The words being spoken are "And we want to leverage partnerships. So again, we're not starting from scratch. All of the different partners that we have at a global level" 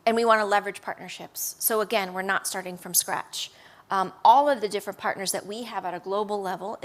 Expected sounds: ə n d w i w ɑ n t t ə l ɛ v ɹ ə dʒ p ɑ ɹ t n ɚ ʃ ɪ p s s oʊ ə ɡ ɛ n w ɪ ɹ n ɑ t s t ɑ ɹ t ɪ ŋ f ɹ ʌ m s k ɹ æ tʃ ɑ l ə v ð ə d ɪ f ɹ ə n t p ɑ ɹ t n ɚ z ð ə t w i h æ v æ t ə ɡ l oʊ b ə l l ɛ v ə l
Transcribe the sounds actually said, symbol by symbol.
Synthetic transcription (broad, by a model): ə n w i w ɑ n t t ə l ɛ v ɹ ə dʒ p ɑ ɹ t n ɚ ʃ ɪ p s s oʊ ə ɡ ɛ n w ɪ ɹ n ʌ t s t ɑ ɹ t ɪ ŋ f ɹ ʌ m s k ɹ æ tʃ ɑ l ə v ð ə d ɪ f ɹ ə n p ɑ ɹ t n ɚ z ð ə t w i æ v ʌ t ə ɡ l oʊ b l l ɛ v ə l